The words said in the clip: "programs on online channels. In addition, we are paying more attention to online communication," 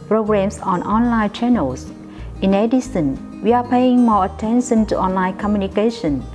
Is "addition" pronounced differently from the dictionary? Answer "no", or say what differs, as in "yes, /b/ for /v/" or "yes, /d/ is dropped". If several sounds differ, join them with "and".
yes, /s/ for /ʃ/